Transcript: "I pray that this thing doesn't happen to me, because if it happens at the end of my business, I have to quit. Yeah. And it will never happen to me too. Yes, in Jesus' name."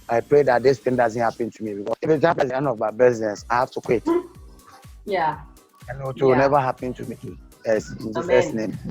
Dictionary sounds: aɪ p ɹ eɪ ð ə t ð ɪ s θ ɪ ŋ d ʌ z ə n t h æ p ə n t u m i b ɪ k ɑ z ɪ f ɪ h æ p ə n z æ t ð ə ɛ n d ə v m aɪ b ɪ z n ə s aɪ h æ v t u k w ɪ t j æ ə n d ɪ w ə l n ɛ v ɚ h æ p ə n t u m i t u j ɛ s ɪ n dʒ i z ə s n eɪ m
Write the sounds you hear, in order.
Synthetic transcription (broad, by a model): aɪ p ɹ eɪ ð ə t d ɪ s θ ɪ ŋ d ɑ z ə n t h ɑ p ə n t u m i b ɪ k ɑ ɪ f ɪ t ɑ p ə z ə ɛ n ə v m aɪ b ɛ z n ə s aɪ h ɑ f t u k w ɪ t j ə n ɪ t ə n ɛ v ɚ h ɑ p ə n t u m i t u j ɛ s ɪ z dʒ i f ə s n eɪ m